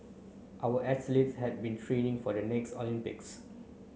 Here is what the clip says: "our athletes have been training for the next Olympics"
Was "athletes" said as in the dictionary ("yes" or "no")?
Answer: no